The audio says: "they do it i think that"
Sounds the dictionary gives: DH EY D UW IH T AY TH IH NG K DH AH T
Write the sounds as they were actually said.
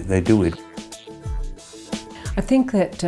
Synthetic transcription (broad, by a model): DH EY D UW IH T AY TH IH NG K DH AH T